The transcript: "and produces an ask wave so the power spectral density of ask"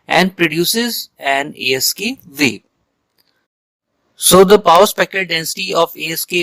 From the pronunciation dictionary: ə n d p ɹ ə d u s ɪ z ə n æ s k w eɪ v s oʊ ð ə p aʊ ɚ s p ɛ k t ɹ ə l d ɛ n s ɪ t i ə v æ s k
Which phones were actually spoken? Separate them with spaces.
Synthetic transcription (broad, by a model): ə n d p ɹ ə d u s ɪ z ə n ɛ s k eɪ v s oʊ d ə p aʊ ɚ s p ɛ k t ə d ɛ n s ɪ t i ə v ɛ s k